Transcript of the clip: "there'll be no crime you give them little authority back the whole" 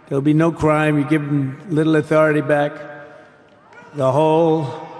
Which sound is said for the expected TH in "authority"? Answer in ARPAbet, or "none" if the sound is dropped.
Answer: TH